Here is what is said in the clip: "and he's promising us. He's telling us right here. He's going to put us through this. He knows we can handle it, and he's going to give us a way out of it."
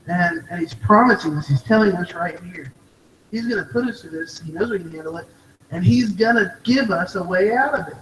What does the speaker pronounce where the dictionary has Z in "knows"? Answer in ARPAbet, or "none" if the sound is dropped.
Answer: Z